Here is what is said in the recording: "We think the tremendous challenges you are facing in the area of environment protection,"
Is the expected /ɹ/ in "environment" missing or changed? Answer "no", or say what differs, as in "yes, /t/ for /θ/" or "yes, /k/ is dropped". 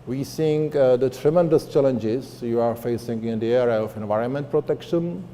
no